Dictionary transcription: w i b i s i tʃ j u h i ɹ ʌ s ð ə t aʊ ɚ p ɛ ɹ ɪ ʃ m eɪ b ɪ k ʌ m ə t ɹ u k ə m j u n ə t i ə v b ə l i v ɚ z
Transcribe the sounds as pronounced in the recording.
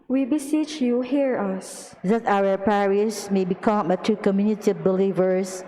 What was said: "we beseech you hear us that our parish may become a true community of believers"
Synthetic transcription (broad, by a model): w i b i s i tʃ j u h i ɹ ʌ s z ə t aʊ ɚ p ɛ ɹ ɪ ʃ m eɪ b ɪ k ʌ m ə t u k ə m j u n ə t i b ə l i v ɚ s